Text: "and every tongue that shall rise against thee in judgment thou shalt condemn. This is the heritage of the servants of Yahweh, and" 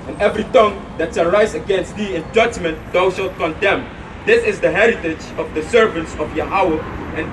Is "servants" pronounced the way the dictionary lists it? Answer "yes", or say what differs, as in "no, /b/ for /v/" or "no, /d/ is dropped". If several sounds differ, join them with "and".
yes